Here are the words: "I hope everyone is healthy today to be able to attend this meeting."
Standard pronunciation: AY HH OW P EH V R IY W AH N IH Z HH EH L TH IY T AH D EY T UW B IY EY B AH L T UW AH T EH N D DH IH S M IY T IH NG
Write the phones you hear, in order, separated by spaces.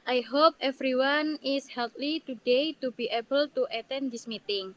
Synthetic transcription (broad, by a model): AY HH OW P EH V R IY W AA N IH S HH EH L T IY T AH D EY T UW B IY EY B AH L T UW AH T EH N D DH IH S M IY T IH NG